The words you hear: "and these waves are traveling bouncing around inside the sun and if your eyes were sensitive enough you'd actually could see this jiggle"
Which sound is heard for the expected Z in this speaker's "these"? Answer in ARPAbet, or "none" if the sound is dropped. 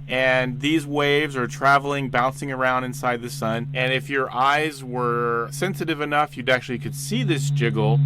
Z